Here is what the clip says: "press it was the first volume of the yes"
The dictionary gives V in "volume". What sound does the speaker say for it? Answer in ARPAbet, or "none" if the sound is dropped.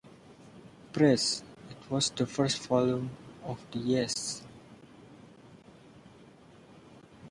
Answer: F